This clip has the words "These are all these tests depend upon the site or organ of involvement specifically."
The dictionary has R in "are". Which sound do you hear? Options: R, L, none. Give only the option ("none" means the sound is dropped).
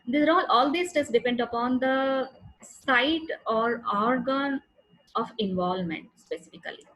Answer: L